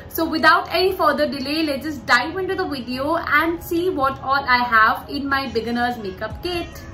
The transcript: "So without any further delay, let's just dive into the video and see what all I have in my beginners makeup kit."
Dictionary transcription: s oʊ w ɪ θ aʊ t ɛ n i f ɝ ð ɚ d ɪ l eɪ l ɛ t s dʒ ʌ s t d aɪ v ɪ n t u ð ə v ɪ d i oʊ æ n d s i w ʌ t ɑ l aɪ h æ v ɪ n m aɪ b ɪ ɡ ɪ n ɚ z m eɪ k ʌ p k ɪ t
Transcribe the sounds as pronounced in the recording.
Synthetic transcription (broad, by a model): s oʊ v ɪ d aʊ t ɛ n i f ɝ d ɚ d ɪ l eɪ l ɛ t dʒ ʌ s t d aɪ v ɪ n t u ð ə v ɪ d i oʊ æ n d s i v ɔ t ɑ l aɪ h æ v ɪ n m aɪ b ɪ ɡ ɪ n ɚ z m eɪ k ʌ p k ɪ t